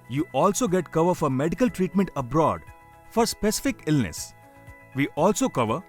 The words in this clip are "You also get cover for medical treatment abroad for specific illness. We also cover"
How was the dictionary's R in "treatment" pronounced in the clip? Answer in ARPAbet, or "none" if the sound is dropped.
R